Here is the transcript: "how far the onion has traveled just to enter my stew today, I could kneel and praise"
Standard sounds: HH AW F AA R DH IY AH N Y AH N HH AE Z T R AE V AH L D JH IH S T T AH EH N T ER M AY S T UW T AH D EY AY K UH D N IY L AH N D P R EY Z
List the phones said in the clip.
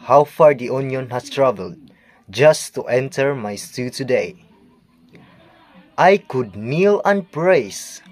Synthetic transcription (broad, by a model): HH AW F AA R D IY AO N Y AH N HH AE S T R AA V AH L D JH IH S T T EH N T ER M AY S T UW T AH D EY AY K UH D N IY L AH N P R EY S